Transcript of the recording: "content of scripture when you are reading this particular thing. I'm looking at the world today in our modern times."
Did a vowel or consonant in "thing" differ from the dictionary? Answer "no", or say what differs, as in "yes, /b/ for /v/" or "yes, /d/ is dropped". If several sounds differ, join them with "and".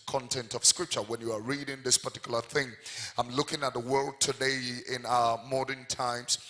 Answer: no